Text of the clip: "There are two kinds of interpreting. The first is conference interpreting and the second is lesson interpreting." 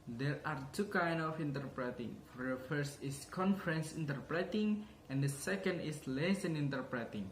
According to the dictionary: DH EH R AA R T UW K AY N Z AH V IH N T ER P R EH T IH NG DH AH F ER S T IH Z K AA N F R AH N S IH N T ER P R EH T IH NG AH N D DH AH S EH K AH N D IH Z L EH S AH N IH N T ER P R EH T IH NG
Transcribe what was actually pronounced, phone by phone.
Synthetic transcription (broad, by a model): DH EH R AA R T UW K AY N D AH F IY N T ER P R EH T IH NG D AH F ER S T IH S K AA N F R AH N S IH N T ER P R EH T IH NG AH N D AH S EH K AH N D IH S L EH S AH N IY N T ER P R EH T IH NG